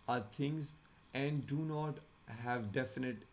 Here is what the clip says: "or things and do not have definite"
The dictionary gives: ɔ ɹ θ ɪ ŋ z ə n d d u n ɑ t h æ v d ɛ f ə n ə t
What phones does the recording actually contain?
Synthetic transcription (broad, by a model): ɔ ɹ t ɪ ŋ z ə n d d u n ɑ t h æ v d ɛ f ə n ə t